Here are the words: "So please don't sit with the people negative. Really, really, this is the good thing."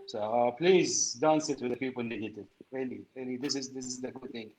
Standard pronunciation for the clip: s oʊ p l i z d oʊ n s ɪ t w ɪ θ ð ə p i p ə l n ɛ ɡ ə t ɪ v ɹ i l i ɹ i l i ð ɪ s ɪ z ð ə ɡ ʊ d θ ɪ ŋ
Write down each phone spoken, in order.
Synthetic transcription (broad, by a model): s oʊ p l i z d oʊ n s ɪ t w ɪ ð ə p i p ə l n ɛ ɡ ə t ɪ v ɹ i l i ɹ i l i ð ɪ s ɪ z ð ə ɡ ʊ d θ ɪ ŋ